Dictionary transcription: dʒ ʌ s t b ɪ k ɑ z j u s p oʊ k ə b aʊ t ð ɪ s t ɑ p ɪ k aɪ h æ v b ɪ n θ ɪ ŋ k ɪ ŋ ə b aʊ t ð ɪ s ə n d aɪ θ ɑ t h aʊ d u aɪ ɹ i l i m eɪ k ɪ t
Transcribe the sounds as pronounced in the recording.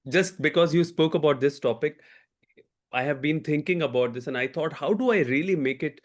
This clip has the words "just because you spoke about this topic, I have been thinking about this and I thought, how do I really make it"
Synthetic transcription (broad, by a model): dʒ ʌ s t b ɪ k ɑ z j u s p oʊ k ə b aʊ t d ɪ s t ɑ p ɪ k aɪ h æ v b ɪ n t ɪ ŋ k ɪ ŋ ə b aʊ t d ɪ s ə n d aɪ t ɑ t h aʊ d u aɪ ɹ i l i m eɪ k ɪ t